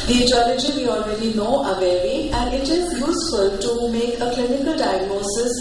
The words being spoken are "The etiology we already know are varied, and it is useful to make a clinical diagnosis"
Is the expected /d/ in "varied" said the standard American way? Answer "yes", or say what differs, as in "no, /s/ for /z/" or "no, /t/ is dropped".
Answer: no, /d/ is dropped